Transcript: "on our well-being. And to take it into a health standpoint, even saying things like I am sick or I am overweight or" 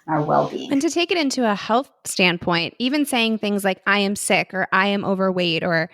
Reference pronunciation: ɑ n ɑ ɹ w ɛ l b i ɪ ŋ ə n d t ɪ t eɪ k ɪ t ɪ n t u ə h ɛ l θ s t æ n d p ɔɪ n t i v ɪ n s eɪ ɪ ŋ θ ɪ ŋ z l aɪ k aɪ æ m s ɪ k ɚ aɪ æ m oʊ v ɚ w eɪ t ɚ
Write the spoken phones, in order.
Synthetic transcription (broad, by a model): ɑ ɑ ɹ w ɛ l b i ɪ ŋ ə n t ɪ t eɪ k ɪ t ɪ n t u ə h ɛ l θ s t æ n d p ɔɪ n t i v ɪ n s eɪ ɪ ŋ θ ɪ ŋ z l aɪ k aɪ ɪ m s ɪ k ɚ aɪ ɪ m oʊ v ɚ w eɪ t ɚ